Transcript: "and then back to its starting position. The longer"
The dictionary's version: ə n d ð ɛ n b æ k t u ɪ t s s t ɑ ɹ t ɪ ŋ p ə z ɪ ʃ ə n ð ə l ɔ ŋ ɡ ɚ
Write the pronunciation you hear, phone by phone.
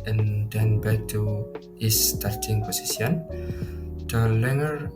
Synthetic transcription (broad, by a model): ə n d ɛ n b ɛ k t u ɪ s s t ɑ ɹ t ɪ ŋ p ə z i s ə n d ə l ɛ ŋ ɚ